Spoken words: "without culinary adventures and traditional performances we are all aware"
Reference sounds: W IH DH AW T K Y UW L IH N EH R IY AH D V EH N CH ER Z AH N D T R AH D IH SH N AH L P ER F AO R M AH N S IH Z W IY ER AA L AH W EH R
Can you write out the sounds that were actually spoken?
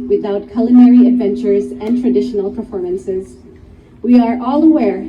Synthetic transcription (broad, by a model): W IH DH AW T K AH L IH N EH R IY AH D V EH N CH ER Z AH N T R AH D IH SH N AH L P ER F AO R M AH N S IH Z W IY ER AA L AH W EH R